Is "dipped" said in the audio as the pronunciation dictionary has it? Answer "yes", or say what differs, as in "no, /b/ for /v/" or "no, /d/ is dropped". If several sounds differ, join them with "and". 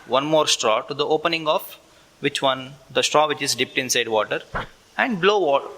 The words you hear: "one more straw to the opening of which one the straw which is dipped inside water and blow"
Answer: yes